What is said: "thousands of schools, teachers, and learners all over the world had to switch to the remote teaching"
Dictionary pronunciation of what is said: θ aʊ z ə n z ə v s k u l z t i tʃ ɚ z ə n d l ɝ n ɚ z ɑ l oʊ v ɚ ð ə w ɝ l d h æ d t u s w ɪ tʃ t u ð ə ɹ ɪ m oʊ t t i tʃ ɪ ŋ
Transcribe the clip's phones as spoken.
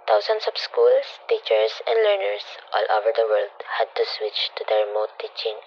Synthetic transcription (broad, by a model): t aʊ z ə n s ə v s k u l s t i tʃ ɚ s ə n d l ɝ n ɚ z ɑ l oʊ v ɚ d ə w ɝ l d h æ d t u s w ɪ tʃ t u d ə ɹ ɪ m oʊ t t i tʃ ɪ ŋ